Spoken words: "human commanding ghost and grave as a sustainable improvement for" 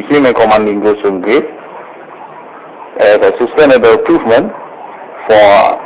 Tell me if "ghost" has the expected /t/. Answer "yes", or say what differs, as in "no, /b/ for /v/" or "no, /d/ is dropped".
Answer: no, /t/ is dropped